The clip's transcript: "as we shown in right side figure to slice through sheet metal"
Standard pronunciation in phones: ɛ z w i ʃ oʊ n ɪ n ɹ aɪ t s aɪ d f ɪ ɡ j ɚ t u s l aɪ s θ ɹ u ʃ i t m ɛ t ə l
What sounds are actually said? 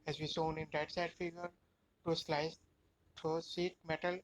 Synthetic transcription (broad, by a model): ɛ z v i s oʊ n ɪ n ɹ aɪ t s aɪ d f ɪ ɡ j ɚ t u s l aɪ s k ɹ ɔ s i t m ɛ t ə l